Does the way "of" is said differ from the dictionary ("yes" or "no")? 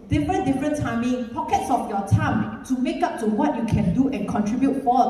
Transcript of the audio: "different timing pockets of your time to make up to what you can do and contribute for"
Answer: yes